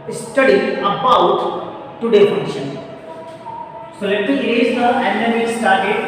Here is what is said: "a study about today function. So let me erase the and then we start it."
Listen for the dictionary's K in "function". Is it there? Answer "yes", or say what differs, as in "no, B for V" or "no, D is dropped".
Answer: no, K is dropped